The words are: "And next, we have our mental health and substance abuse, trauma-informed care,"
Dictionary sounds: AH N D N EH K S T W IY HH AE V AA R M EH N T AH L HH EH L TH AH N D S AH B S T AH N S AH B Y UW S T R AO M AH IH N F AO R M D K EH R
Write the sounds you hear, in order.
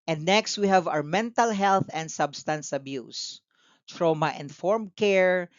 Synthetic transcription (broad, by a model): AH N D N EH K S T W IY HH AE V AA W M EH N T AH L HH EH L TH AH N D S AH B S T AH N S AH B Y UW S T R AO M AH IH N F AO R M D K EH R